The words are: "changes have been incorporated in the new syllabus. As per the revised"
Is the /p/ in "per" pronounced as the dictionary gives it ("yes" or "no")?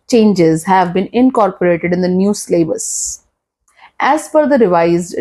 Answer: no